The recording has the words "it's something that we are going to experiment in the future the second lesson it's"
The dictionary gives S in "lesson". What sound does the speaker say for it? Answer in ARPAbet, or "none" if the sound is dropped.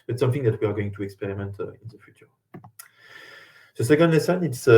S